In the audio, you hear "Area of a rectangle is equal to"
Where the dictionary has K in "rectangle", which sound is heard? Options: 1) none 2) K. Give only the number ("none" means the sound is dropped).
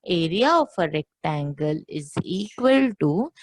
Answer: 2